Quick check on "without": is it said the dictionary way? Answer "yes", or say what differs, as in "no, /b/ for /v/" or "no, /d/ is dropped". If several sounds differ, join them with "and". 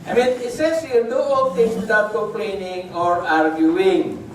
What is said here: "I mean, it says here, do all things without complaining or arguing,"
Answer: no, /t/ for /θ/